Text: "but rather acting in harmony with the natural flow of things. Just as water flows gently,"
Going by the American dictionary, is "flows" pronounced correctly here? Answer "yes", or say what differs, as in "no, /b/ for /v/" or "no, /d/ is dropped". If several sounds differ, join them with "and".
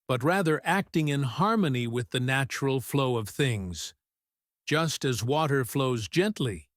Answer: yes